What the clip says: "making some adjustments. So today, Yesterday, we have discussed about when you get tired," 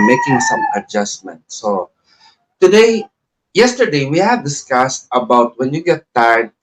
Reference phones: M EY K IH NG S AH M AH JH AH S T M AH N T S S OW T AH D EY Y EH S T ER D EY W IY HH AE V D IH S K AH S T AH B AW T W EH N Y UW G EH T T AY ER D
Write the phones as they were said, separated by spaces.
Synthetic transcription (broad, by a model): M EY K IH NG S AH M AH JH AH S M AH N T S S OW T AH D EY Y EH S T ER D EY W IY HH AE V D IH S K AH S T AH B AW T W EH N Y UW G EH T T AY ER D